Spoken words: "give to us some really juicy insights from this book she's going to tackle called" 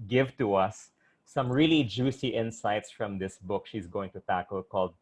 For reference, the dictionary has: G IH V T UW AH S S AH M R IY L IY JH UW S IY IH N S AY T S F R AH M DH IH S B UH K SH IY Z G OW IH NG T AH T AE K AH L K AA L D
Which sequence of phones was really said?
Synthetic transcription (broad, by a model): G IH V T UW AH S S AH M R IY L IY JH UW S IY IH N S AY T S F R AH M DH IH S B UH K SH IY Z G OW IH NG T AH T AE K AH L K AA L D